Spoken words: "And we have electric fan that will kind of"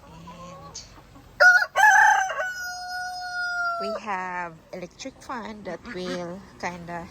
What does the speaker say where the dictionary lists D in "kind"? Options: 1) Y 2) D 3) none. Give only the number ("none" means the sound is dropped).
2